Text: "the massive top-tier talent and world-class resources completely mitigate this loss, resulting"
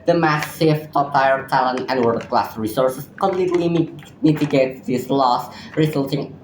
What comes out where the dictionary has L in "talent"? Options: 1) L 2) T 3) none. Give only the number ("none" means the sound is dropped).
1